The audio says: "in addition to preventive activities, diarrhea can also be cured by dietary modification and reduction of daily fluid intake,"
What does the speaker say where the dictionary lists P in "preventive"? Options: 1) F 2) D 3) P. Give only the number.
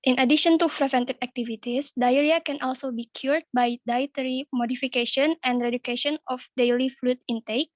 1